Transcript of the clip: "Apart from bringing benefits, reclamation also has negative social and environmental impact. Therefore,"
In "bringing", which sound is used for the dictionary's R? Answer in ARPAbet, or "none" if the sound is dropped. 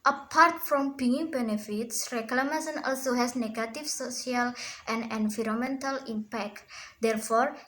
none